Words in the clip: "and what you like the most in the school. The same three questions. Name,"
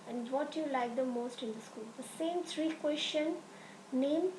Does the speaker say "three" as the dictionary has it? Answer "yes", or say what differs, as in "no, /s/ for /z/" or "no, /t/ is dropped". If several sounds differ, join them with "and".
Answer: no, /t/ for /θ/